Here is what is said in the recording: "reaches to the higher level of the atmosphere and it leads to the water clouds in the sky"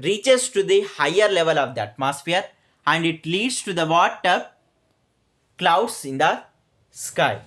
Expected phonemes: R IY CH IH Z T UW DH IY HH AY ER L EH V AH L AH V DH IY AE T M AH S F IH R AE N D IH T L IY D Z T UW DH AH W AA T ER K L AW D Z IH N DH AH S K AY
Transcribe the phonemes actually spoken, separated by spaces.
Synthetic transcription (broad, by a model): R IY CH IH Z T UW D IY HH AY ER L EH V AH L AH V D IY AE T M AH S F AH R AE N D IH T L IY D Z T UW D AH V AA T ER K L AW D S IH N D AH S K AY